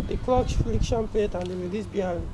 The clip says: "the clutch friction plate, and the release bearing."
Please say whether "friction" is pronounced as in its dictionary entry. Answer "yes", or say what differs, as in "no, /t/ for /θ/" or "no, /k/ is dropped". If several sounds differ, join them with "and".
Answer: no, /l/ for /ɹ/